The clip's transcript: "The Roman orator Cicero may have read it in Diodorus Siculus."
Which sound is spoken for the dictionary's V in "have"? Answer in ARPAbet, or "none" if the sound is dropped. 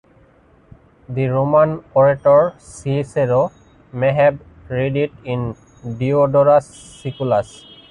B